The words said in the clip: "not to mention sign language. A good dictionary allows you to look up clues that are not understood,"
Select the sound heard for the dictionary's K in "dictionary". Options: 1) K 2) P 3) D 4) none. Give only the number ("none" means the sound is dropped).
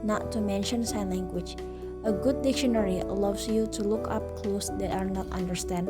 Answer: 1